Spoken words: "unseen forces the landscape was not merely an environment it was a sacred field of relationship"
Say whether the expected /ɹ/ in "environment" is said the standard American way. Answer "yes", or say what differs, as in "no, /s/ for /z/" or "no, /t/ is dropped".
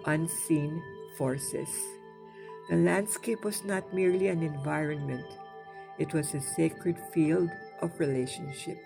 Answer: yes